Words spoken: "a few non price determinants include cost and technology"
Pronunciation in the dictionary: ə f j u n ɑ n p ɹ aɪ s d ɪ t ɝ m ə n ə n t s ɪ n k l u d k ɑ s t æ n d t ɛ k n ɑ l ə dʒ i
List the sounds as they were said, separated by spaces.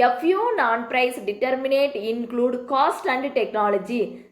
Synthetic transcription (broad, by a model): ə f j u n ɑ n p ɹ aɪ s d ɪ t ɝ m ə n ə t ɪ n k l u d k ɑ s t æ n d t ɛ k n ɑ l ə dʒ i